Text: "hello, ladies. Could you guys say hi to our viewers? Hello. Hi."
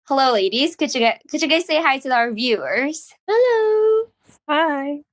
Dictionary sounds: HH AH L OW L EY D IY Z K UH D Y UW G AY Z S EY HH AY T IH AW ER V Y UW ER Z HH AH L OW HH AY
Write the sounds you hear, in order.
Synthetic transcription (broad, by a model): HH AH L OW L EY D IY Z K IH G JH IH G AY Z S EY HH AY T IH AW ER V Y UW ER Z HH AH L OW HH AY